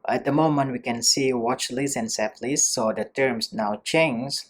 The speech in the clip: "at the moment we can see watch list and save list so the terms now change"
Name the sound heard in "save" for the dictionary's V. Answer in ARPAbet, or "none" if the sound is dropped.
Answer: P